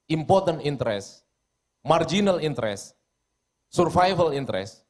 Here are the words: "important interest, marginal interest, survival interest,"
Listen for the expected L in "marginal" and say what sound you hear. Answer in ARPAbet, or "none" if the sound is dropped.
L